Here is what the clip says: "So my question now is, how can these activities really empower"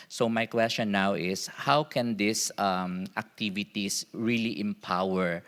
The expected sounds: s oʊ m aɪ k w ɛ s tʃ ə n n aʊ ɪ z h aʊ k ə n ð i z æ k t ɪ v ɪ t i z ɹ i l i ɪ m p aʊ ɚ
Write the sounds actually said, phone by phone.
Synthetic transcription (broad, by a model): s oʊ m aɪ k w ɛ s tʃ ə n n aʊ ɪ s h aʊ k ə n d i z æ k t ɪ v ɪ t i s ɹ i l i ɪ m p aʊ ɚ